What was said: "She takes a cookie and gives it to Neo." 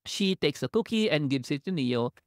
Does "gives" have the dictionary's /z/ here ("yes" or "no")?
no